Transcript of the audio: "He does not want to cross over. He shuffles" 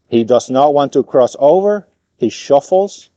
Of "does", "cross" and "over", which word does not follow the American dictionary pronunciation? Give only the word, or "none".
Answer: none